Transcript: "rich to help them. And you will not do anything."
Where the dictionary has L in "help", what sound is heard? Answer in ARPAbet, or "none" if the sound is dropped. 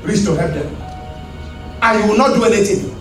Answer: none